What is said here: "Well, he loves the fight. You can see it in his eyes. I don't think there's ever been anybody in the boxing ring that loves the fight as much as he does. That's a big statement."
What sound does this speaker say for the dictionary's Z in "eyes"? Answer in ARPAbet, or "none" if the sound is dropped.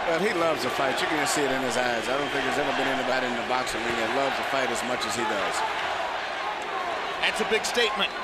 Z